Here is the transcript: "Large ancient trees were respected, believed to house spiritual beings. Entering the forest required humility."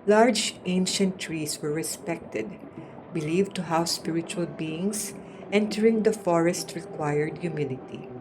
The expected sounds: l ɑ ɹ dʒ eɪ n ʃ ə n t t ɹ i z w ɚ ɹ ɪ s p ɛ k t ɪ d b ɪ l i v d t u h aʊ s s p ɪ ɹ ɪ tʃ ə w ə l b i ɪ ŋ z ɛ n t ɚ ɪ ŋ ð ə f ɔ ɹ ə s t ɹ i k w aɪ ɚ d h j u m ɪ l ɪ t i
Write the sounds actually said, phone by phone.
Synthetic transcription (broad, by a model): l ɑ ɹ dʒ eɪ n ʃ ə n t t ɹ i s w ɚ ɹ ɪ s p ɛ k t ɪ d b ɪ l i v t u h aʊ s s p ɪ ɹ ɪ tʃ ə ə l b i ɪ ŋ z ɛ n t ɚ ɪ ŋ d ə f ɔ ɹ ə s t ɹ i k w aɪ ɚ d j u m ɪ l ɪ t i